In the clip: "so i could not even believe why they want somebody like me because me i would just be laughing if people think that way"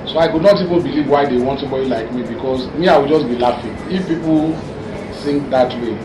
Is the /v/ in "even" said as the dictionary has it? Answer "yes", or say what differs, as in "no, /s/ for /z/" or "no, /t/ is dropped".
yes